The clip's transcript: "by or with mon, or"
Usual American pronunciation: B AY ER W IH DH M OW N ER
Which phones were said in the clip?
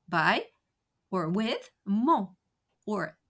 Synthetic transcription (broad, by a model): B AY ER W IH DH M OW ER